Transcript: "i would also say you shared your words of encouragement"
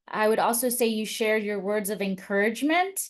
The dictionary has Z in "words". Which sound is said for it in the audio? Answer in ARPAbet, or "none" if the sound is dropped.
Z